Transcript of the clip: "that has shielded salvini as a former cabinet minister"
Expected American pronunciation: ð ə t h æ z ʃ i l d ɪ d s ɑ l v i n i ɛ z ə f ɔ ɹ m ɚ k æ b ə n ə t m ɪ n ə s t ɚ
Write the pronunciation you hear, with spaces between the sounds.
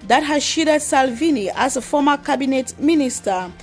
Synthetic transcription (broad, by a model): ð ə t h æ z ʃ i d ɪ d s ɑ l v i n i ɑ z ə f ɔ m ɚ k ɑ b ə n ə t m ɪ n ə s t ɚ